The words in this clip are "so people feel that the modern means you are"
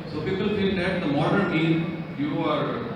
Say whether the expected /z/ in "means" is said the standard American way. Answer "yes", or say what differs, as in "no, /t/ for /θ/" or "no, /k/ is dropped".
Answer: no, /z/ is dropped